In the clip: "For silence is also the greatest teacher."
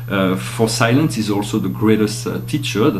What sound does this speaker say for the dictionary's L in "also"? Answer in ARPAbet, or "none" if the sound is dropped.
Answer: L